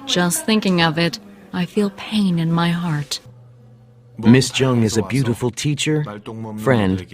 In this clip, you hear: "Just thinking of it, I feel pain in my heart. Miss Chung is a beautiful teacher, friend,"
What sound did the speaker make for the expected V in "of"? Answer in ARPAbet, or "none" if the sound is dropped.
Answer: V